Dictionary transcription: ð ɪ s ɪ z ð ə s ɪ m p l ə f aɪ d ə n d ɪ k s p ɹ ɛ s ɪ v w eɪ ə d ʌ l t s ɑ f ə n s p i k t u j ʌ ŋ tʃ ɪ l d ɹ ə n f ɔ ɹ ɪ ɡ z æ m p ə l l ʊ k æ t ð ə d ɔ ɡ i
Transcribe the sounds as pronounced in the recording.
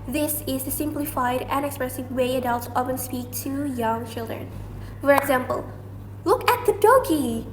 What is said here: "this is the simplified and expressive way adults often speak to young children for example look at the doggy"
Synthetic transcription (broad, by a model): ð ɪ s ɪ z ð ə s ɪ m p l ə f aɪ d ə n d ɪ k s p ɹ ɛ s ɪ v w eɪ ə d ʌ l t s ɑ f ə n s p i k t u j ʌ ŋ tʃ ɪ l d ɹ ə n f ɔ ɹ ɪ ɡ z æ m p ə l l ʊ k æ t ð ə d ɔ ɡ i